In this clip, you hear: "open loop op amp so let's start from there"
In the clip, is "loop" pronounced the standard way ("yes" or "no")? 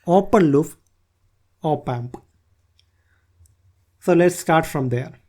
no